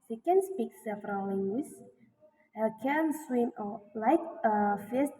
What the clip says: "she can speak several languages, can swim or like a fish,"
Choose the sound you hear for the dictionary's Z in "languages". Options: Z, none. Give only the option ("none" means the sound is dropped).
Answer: none